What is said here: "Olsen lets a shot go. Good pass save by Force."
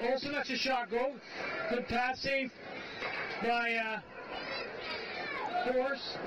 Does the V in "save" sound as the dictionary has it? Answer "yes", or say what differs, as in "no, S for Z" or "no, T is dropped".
no, F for V